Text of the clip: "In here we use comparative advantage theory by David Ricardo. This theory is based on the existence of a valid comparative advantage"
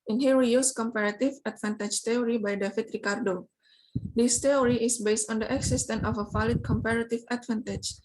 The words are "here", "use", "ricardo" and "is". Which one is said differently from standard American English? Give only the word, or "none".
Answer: is